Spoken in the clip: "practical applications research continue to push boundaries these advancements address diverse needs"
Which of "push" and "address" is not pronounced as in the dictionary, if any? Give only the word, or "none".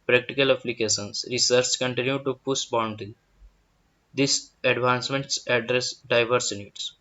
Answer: push